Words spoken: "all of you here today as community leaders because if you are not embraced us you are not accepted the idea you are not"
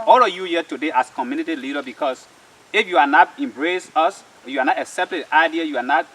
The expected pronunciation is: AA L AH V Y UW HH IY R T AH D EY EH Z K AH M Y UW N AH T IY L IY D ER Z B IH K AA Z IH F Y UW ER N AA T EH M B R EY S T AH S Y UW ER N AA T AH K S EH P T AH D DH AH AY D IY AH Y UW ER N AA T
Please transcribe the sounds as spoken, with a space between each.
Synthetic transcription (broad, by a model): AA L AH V Y UW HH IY T AH D EY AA S K AH M Y UW N AH T IY L IY D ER B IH K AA S IH F Y UW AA N AA T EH M B R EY S AH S Y UW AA N AA T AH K S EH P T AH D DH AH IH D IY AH Y UW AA N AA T